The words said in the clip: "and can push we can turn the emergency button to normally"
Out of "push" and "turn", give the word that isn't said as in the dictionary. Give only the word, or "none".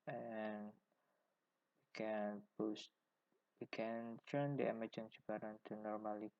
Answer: push